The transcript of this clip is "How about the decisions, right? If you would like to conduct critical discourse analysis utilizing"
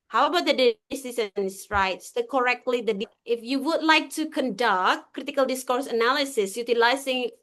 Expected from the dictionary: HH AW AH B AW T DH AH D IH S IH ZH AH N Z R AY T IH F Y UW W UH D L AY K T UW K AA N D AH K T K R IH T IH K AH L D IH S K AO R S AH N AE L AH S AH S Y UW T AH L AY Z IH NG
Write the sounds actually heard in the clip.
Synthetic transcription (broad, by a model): HH AW AH B AW T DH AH D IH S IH S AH N S R AY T IH F Y UW W UH D L AY K T UW K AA N D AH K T K R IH T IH K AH L D IH S K AO R S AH N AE L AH S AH S Y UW T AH L AY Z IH NG